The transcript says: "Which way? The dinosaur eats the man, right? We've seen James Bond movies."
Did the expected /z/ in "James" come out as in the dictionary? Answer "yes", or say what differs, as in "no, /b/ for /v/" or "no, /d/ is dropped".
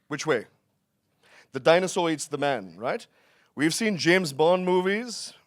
yes